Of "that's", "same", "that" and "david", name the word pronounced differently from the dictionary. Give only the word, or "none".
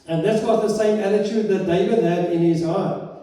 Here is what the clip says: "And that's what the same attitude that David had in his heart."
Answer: none